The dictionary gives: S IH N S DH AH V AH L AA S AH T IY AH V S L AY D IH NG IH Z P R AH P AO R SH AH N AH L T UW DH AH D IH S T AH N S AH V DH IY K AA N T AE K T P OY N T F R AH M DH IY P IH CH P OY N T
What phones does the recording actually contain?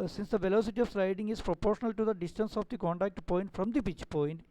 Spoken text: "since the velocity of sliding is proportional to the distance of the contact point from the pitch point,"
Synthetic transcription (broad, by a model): S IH N S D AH V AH L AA S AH T IY AH V S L AY D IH NG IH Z P R AH P AO R SH AH N AH L T UW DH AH D IH S T AH N S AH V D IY K AA N T AE K T P OY N T F R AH M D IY B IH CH P OY N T